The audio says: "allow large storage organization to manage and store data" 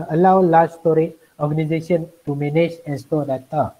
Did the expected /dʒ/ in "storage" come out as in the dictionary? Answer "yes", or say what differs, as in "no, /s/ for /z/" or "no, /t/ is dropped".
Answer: no, /dʒ/ is dropped